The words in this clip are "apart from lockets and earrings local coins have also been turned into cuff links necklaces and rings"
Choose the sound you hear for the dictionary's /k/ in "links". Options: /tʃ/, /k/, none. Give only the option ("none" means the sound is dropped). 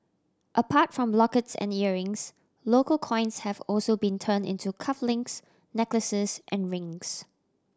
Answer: none